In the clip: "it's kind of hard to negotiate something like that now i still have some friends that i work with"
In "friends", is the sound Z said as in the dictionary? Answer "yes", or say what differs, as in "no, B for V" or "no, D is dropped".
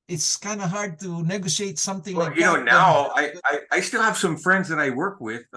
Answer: yes